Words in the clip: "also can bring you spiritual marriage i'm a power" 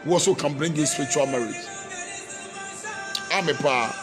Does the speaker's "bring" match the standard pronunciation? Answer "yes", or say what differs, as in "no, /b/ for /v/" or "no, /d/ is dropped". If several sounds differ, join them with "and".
yes